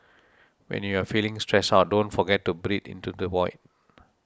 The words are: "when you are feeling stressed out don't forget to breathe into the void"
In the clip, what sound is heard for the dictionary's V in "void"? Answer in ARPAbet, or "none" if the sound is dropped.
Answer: W